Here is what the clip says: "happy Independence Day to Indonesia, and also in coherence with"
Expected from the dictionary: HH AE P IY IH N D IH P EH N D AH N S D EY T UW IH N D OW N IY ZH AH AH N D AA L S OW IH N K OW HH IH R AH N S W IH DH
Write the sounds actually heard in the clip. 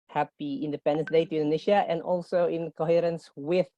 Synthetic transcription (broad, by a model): HH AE P IY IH N D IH P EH N D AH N D EY T UW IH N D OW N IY SH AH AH N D AA L S OW IH N K OW HH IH R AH N S W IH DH